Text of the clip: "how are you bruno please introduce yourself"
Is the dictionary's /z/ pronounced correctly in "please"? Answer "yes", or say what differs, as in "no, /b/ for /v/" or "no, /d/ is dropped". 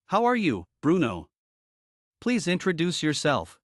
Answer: yes